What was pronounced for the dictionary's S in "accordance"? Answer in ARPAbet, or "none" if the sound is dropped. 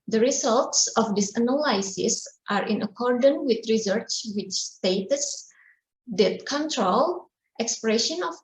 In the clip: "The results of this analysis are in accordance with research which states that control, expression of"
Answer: none